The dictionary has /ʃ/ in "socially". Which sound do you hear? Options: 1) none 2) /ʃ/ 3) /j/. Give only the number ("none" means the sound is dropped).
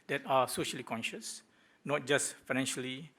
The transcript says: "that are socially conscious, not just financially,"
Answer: 2